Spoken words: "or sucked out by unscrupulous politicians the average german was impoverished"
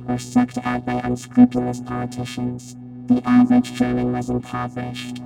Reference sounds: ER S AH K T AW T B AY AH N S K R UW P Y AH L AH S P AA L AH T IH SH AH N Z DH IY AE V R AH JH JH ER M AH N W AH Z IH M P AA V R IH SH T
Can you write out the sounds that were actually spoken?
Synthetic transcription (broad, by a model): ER S AH K T AW T B AY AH N S K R UW P Y L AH S P AA L AH T IH SH AH N Z DH IY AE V AH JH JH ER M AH N W AH Z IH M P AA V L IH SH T